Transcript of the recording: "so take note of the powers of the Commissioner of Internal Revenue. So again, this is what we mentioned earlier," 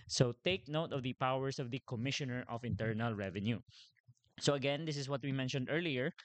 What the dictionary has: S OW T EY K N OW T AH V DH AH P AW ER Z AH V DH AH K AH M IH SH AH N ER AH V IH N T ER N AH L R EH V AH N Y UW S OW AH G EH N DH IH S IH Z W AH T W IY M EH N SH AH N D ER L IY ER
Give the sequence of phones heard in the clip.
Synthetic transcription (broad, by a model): S OW T EY K N OW T AH V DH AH P AW ER S AH V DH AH K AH M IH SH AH N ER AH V IH N T ER N AH L R EH V AH N Y UW S OW AH G EH N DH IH S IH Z W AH T W IY M EH N SH AH N D ER L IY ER